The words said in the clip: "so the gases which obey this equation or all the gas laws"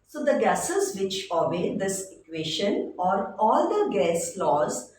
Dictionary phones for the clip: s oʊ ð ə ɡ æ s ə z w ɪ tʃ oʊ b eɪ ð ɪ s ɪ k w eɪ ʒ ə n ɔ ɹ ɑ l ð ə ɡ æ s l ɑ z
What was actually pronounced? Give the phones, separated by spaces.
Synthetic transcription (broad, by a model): s oʊ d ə ɡ æ s ə z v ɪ tʃ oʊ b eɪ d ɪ s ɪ k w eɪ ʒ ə n ɔ ɹ ɑ l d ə ɡ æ s l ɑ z